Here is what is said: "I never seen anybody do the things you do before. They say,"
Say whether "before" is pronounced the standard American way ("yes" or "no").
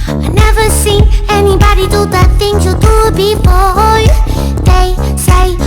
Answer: no